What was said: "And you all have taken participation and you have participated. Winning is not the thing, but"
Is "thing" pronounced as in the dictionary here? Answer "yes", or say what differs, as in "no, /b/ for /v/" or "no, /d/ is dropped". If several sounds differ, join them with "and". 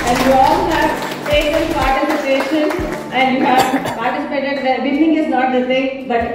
no, /s/ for /θ/